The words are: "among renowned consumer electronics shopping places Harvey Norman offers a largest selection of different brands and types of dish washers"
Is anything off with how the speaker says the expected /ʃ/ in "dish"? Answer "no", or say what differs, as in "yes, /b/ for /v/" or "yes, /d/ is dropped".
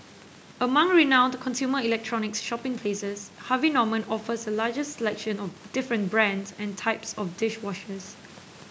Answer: no